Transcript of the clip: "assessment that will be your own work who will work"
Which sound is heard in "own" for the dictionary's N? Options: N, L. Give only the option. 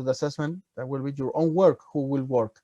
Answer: N